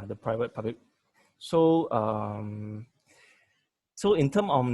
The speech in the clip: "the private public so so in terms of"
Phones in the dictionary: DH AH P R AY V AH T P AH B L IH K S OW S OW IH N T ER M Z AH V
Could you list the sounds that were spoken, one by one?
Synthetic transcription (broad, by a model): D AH P R AY V AH T P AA B L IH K S OW S OW IH N T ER M AH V